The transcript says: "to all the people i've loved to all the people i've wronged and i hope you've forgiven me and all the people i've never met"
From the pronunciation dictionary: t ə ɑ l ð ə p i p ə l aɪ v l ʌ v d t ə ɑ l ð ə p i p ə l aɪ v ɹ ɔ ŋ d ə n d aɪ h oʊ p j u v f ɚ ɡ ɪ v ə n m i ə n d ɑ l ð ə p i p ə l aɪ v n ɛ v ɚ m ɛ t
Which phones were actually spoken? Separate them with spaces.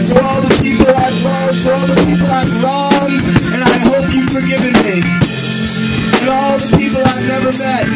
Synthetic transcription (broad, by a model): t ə ɑ l ð ə p i p l aɪ v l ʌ d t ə ɑ l ð ə p i p l aɪ v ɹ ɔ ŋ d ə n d aɪ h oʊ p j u f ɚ ɡ ɪ v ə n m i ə ɑ l ð ə p i p l aɪ v n ɛ v ɚ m ɛ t